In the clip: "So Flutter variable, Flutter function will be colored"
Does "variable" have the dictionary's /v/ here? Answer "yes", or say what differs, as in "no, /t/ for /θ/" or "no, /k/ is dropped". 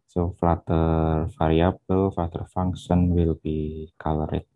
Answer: no, /f/ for /v/